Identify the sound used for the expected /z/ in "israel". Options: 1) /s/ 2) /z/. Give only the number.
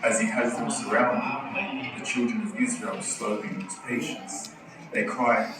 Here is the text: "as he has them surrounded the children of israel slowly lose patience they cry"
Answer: 2